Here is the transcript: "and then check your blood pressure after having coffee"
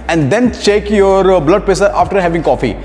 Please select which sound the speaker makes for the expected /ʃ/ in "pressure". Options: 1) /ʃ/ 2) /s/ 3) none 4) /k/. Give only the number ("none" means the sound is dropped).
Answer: 2